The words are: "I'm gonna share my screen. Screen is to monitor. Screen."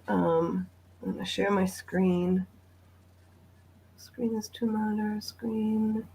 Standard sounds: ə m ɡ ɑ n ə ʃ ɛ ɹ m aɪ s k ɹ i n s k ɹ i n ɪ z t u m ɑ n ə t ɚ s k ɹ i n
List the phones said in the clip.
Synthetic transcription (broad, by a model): ə m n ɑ ə ʃ ɛ ɹ m aɪ s k ɹ i n s k ɹ i n ɪ z t u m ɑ ə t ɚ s k ɹ i n